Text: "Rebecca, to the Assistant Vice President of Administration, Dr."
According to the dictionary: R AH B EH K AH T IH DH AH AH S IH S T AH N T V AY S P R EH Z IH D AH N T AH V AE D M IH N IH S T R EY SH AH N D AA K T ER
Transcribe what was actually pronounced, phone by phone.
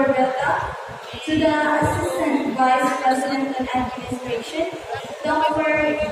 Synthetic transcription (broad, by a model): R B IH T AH T IH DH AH AH S IH S T AH N T V AY S P R EH Z IH D AH N T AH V AE D M IH N IH S T R EY SH AH N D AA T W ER